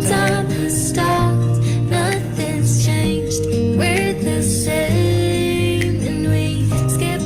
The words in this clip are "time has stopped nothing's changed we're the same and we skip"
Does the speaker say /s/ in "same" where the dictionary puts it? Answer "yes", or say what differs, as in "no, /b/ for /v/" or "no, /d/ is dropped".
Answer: no, /ʃ/ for /s/